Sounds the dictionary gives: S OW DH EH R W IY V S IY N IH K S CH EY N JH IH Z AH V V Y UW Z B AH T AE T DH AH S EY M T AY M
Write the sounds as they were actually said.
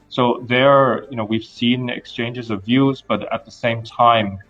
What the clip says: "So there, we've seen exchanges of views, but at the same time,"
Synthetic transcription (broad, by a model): S OW DH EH R W IY V S IY N IH K S CH EY N JH IH Z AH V V Y UW Z B AH T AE T DH AH S EY M T AY M